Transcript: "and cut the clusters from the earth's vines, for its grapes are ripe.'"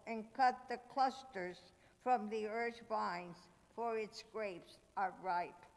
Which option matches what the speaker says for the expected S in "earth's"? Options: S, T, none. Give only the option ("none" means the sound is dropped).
none